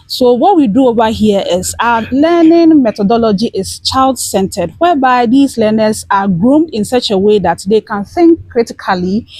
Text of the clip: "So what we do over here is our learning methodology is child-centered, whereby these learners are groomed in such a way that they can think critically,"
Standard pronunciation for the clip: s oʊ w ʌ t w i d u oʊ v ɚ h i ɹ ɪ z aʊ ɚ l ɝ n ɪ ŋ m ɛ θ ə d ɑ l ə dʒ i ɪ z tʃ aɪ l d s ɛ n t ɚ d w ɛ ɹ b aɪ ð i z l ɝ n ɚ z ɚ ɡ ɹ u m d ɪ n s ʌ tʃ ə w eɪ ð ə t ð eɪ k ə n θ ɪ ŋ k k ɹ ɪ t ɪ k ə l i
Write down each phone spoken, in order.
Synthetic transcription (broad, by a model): s oʊ w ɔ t w i d u oʊ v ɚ h i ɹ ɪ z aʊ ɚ l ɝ n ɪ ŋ m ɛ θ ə d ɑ l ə dʒ i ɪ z tʃ aɪ l d s ɛ n t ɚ d w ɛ b aɪ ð i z l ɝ n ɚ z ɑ ɡ ɹ u m d ɪ n s ʌ tʃ ə w eɪ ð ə t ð eɪ k ə n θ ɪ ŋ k k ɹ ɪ t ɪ k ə l i